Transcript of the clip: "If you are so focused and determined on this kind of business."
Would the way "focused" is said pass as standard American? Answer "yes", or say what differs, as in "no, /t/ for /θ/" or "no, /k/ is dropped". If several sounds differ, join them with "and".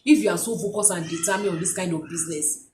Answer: no, /t/ is dropped